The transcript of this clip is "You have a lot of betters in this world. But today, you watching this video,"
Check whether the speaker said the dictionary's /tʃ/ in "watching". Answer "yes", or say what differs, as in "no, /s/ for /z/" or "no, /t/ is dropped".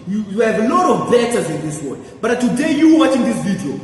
yes